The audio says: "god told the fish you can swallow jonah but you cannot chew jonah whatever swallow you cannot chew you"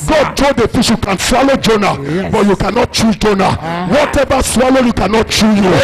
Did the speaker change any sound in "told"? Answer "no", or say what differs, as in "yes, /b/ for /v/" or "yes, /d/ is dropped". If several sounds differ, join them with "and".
yes, /l/ is dropped